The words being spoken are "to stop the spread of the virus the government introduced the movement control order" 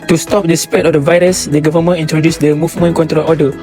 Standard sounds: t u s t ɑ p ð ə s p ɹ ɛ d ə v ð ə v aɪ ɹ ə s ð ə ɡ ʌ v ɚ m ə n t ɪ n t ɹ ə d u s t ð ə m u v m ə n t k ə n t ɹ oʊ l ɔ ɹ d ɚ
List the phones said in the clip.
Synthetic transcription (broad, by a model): t u s t ɑ p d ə s p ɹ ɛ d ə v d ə v aɪ ɹ ə s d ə ɡ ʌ v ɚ m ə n i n t ɹ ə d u s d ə m u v m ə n k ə n t ɹ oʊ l ɔ d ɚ